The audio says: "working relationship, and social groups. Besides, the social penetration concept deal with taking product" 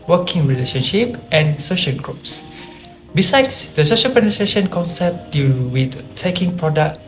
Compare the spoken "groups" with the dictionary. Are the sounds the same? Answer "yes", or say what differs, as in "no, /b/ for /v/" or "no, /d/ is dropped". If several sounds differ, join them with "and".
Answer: yes